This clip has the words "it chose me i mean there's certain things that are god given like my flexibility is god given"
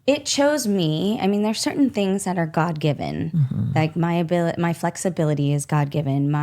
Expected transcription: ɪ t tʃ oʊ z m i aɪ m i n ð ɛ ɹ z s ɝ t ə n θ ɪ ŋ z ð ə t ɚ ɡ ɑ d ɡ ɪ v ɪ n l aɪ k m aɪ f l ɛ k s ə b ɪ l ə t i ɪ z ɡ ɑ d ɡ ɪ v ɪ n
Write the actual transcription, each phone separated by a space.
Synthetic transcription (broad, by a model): ɪ t tʃ oʊ z m i aɪ m i n ð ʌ ɹ s ɝ t n θ ɪ ŋ z ð ə t ɚ ɡ ɑ d ɡ ɪ v ɪ n l aɪ k m aɪ f l ɛ k s ə b ɪ l ə t i ɪ z ɡ ɑ d ɡ ɪ v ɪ n